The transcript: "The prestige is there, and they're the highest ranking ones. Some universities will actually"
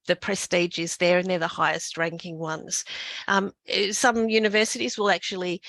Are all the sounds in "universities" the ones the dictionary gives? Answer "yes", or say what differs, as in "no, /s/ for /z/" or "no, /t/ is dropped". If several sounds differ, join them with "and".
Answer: yes